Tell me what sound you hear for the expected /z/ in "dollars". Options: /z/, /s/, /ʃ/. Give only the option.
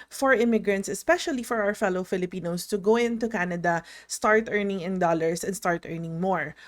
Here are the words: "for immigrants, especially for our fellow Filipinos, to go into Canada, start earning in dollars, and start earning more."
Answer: /s/